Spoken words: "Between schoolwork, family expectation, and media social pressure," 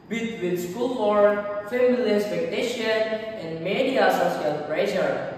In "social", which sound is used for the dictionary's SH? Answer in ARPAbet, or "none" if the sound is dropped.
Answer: S